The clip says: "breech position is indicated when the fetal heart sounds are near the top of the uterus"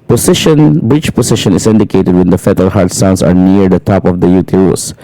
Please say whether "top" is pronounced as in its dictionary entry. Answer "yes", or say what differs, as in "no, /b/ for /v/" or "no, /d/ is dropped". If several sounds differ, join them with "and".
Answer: yes